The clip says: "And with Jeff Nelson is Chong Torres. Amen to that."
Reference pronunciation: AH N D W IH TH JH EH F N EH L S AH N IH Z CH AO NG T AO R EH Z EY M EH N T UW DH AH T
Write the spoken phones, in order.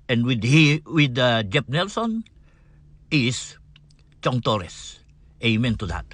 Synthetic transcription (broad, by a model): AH N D W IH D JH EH P N EH L S AH N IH S CH AO NG T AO R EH S EY M EH N T UW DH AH T